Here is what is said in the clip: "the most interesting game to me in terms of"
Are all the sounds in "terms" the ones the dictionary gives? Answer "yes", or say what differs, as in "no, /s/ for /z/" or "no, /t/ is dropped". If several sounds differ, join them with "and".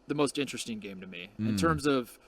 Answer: yes